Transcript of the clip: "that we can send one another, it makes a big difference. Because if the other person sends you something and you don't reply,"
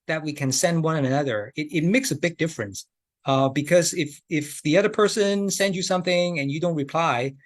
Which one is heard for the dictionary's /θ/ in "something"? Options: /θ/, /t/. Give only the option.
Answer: /θ/